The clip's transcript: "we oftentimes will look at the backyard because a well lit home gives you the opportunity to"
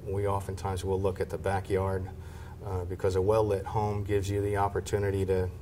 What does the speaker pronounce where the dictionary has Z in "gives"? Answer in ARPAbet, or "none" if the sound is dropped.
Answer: Z